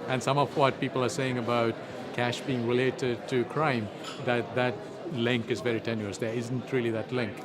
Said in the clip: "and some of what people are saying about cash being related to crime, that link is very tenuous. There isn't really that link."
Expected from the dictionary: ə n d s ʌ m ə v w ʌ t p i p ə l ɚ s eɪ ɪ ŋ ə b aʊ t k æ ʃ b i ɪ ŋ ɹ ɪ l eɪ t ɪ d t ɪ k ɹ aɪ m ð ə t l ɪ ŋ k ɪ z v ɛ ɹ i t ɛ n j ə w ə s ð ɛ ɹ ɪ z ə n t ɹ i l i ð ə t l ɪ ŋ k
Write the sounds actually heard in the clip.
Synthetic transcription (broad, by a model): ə n s ʌ m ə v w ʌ t p i p ə l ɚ s eɪ ɪ ŋ ə b aʊ t k æ ʃ b i ɪ ŋ ɹ ɪ l eɪ t ɪ d t ɪ k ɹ aɪ m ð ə t l ɪ ŋ k ɪ z v ɛ ɹ i t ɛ n j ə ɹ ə s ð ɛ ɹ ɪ z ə n t ɹ i l i ð ə t l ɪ ŋ k